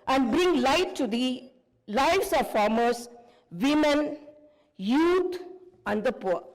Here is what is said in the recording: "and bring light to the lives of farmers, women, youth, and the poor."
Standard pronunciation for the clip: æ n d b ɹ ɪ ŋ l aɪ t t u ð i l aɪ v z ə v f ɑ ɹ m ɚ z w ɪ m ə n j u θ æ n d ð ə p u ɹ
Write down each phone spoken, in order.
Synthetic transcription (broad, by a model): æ n d b ɹ ɪ ŋ l aɪ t t u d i l aɪ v s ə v f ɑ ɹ m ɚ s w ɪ m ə n j u t æ n d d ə p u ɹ